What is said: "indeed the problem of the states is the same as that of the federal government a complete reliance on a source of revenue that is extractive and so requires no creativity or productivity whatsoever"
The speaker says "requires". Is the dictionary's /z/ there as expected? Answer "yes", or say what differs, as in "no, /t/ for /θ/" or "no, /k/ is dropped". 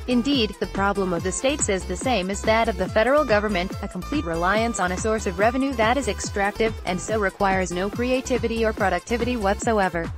yes